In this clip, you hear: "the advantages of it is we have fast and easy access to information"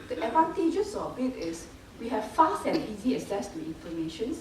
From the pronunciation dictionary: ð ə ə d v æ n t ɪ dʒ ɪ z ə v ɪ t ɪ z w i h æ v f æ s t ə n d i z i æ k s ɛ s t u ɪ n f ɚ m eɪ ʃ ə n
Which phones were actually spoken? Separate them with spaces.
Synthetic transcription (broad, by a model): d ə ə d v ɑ n t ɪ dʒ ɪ s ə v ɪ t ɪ s w i h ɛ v f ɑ s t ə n i z i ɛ s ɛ s t u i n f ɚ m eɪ ʃ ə n